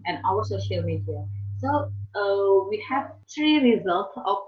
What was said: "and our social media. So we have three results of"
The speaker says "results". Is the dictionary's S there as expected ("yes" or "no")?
yes